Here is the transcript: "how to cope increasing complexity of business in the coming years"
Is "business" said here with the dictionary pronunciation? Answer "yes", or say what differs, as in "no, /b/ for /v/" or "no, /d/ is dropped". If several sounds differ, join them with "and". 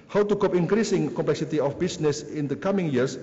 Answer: no, /s/ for /z/